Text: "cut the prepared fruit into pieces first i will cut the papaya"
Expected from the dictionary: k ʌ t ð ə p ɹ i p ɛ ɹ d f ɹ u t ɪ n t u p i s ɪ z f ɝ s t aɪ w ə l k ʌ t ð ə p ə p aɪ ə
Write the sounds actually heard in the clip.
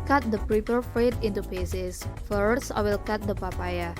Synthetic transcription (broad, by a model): k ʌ t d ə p ɹ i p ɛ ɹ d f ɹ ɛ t ɪ n t u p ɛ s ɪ s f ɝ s aɪ w ə l k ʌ t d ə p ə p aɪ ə